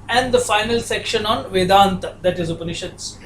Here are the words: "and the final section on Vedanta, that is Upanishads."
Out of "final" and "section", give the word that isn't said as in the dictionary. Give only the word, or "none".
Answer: none